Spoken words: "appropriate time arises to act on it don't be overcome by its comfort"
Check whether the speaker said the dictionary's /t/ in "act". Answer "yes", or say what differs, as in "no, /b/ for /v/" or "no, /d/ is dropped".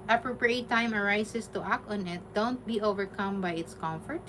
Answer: yes